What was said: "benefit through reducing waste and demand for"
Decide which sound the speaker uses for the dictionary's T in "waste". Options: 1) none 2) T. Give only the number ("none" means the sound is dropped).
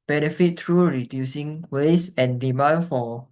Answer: 1